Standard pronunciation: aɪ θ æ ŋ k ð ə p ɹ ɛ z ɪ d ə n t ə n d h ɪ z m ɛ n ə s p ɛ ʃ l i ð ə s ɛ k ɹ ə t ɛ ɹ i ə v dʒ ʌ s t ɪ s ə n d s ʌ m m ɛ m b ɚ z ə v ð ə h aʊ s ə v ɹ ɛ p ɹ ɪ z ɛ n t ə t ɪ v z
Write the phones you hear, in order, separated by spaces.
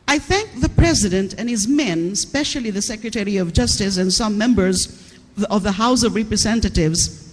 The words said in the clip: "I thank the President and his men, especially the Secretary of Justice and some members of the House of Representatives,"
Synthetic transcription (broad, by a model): aɪ θ æ ŋ k ð ə p ɹ ɛ z ɪ d ə n t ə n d h ɪ z m ɛ n s p ɛ ʃ l i ð ə s ɛ k ɹ ə t ɛ ɹ i ə v dʒ ʌ s t ɪ s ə n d s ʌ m m ɛ m b ɚ z ə v ð ə h aʊ s ə v ɹ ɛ p ɹ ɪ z ɛ n t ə t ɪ v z